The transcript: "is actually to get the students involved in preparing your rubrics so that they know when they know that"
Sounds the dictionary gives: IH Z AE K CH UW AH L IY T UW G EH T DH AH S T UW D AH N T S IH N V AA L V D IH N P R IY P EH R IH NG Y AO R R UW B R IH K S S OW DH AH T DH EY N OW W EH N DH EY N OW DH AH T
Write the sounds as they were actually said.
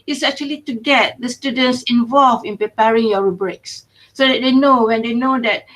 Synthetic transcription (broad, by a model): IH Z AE K CH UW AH L IY T UW G EH T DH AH S T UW D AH N T S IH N V AA L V IH N P R IY P EH R IH NG Y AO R R UW B R IH K S S OW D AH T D EY N OW W EH N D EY N OW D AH T